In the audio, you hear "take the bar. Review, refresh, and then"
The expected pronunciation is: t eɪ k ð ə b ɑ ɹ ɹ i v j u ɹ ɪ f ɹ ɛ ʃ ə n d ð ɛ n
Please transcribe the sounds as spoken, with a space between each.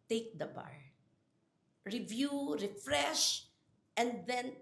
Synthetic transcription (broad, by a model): t eɪ k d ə b ɑ ɹ ɹ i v j u ɹ ɪ f ɹ ɛ ʃ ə n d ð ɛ n